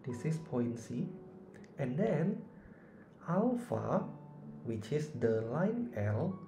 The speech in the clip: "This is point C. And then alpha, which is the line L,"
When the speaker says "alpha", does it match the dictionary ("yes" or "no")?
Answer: no